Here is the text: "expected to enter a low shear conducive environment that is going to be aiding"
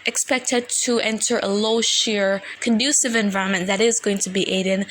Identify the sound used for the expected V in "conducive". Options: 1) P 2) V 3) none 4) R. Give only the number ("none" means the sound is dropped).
2